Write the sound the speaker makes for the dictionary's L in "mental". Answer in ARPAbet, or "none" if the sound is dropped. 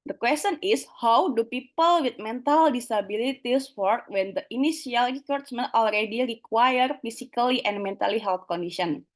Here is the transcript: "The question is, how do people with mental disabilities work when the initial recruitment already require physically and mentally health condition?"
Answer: L